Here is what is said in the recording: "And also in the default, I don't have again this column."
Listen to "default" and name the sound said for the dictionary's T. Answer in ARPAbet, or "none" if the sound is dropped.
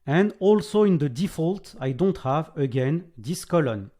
T